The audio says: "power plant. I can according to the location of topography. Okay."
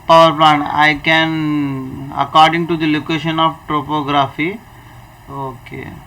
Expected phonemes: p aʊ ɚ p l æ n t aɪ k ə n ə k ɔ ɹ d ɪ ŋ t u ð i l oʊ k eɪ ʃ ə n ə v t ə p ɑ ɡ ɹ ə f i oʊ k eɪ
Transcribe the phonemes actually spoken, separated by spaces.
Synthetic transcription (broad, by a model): p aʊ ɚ p l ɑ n aɪ k ə n ə k ɔ ɹ d ɪ ŋ t u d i l oʊ k eɪ ʃ ə n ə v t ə p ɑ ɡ ɹ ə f i oʊ k eɪ